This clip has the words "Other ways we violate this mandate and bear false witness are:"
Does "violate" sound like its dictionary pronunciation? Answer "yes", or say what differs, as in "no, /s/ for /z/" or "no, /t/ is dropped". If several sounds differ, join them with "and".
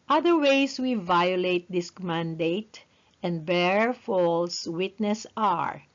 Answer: yes